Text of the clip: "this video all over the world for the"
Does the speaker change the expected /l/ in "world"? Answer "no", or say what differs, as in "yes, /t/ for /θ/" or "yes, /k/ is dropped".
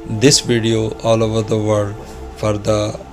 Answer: yes, /l/ is dropped